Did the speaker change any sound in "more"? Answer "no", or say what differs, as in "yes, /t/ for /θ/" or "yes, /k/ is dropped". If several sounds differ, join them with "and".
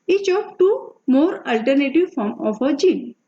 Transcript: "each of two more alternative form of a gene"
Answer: no